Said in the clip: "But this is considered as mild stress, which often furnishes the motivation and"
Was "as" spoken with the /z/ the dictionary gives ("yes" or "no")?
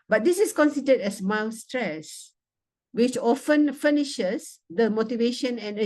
no